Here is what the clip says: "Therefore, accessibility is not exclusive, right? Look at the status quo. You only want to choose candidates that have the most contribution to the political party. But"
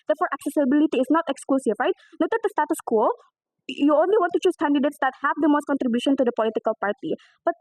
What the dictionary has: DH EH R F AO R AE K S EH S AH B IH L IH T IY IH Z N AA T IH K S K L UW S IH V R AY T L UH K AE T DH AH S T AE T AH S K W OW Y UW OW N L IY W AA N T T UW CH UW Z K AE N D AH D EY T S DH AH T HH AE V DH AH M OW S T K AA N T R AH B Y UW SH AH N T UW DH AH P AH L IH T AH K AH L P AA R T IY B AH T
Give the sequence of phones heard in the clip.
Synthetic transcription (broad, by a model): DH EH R F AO R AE K S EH S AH B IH L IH T IY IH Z N AA T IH K S K L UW S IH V R AY T N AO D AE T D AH S T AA T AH S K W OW Y UW OW N L IY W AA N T T UW CH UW S K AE N D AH D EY T S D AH T HH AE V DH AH M OW S T K AA N T R AH B Y UW SH AH N T UW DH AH P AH L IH T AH K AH L P AA R T IY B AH T